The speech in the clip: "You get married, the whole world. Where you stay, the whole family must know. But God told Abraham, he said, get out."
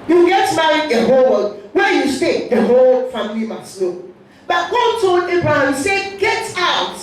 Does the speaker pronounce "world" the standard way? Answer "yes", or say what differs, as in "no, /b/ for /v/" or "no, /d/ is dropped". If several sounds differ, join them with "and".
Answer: no, /l/ is dropped